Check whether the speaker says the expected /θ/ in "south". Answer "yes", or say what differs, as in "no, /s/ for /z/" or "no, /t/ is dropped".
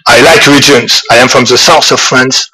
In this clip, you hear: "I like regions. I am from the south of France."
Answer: no, /s/ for /θ/